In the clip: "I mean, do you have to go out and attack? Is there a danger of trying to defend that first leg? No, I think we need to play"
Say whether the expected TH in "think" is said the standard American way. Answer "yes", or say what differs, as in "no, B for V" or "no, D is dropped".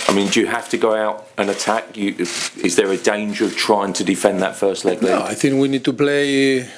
yes